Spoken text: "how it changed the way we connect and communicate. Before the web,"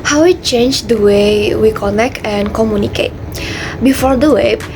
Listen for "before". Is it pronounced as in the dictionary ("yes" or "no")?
yes